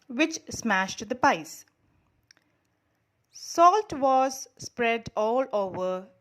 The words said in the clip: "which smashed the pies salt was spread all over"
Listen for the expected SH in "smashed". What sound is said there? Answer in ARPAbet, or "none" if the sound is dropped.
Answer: SH